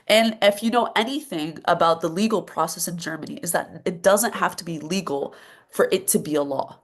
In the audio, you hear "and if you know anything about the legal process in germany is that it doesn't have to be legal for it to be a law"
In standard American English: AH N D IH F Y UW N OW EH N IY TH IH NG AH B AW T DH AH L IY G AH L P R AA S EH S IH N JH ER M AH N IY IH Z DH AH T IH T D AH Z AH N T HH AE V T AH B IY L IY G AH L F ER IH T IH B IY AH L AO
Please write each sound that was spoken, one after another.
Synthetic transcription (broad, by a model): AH N IH F Y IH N OW EH N IY TH IH NG AH B AW T DH AH L IY G L P R AA S EH S IH N JH ER M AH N IY IH Z DH AH T IH T D AH Z AH N T HH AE F T AH B IY L IY G L F ER IH T IH B IY AH L AO